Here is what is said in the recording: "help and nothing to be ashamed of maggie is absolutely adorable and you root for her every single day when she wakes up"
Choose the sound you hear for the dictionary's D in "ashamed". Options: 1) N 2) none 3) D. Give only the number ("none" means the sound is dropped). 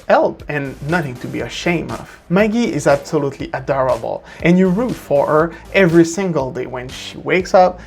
2